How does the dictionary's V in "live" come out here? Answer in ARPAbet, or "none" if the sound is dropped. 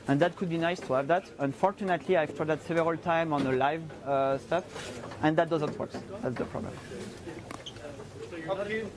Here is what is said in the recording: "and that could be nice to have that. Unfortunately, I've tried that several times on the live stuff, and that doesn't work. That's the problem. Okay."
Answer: V